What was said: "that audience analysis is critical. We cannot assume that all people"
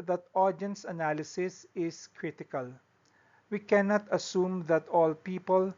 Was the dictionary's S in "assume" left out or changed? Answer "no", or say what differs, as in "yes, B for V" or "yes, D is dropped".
no